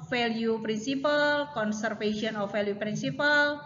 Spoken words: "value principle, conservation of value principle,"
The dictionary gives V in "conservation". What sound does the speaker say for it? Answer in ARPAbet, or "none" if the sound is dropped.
F